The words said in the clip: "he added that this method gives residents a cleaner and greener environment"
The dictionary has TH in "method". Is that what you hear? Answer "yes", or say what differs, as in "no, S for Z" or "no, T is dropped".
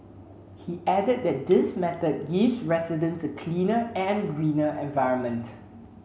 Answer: no, T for TH